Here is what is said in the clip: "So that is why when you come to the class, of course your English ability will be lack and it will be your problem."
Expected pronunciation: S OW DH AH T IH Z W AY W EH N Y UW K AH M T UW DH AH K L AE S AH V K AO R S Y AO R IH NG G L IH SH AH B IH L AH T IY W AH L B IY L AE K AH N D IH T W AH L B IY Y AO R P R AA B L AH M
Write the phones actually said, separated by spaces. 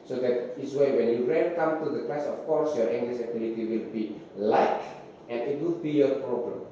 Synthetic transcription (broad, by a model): S OW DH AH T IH S W AY W EH N Y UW K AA M T UW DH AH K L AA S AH F K AO R S Y AO R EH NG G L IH S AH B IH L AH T IY W AH L B IY L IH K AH N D IH T W AH L B IY Y AO R P R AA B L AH M